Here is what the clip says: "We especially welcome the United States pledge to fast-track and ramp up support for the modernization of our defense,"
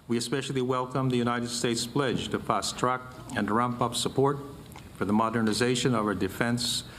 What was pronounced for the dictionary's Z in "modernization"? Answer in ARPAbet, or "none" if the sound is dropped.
Z